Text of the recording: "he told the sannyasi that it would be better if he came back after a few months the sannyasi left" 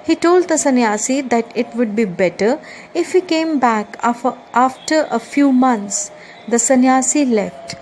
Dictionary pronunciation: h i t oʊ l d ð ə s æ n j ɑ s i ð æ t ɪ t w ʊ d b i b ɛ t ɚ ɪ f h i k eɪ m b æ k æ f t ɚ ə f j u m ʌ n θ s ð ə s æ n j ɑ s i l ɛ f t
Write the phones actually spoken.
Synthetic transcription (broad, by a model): h i t oʊ l d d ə s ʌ n j ɑ s i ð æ t ɪ t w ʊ d b i b ɛ t ɚ ɪ f h i k eɪ m b æ k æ f t ɚ ə f j u m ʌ n t s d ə s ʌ n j ɑ s i l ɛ f t